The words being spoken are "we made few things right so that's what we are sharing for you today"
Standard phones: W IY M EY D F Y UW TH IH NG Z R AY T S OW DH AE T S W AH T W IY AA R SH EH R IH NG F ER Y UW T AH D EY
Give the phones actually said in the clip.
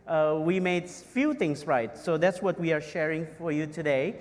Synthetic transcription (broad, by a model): W IY M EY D F Y UW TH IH NG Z R AY T S OW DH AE T S W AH T W IY AA R SH EH R IH NG F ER Y UW T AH D EY